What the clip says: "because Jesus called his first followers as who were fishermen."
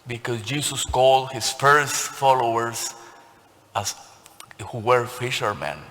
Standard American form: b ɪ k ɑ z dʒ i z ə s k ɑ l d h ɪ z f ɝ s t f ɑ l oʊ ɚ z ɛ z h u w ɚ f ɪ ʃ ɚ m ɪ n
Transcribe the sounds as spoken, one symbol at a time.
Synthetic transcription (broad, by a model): b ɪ k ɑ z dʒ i s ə s k ɑ l d h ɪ s f ɝ s t f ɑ l oʊ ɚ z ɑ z h u w ɚ f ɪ ʃ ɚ m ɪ n